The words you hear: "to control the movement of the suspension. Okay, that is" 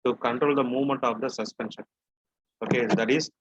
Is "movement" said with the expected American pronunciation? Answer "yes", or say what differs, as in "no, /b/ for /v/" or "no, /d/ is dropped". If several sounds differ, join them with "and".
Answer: yes